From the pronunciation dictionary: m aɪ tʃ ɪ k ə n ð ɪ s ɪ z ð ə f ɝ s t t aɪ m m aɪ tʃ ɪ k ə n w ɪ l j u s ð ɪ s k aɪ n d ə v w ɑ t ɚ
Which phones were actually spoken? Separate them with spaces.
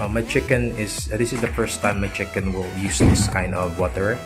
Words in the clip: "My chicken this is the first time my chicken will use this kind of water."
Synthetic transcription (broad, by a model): m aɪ tʃ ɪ k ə n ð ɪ s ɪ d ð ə f ɝ s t t aɪ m m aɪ tʃ ɪ k ə n w ɪ l j u s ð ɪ s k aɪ n ə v w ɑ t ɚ